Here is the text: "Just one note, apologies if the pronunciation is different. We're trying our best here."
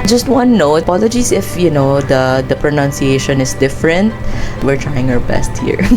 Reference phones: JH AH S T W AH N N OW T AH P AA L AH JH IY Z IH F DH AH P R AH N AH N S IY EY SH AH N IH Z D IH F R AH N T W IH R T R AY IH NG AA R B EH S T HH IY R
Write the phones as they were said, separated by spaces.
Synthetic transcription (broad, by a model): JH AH S T W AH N N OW AH P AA L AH JH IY S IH F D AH P R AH N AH N S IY EY SH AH N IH S D IH F R AH N T W IH R T R AY IH NG AA R B EH S T HH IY R